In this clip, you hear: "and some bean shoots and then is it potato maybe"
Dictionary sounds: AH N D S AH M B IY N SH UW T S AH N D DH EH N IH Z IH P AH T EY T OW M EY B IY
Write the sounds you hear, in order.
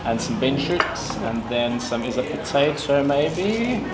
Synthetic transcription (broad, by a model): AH N S AH M B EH N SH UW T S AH N DH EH N IH Z IH P AH T EY T OW M EY B IY